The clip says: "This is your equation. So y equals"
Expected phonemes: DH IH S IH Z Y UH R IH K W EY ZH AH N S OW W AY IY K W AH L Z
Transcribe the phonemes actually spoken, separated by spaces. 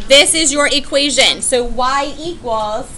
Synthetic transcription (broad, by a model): DH IH S IH Z Y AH R IH K W EY ZH AH N S OW W AY IY K W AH L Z